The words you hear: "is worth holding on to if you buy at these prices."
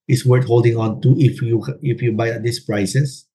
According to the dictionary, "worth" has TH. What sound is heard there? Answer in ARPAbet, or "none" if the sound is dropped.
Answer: T